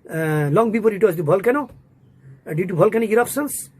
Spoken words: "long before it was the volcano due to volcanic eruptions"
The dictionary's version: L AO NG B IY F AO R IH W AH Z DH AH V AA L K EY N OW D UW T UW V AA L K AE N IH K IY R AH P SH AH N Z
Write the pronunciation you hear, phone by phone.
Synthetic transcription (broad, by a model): L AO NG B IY P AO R IH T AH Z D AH B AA L K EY N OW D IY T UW B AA L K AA N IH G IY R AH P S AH N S